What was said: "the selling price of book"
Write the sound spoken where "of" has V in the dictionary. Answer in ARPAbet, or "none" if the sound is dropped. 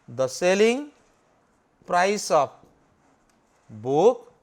P